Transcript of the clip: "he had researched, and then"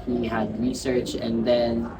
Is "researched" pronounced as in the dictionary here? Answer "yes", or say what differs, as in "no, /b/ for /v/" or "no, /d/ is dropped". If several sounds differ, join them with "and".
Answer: no, /t/ is dropped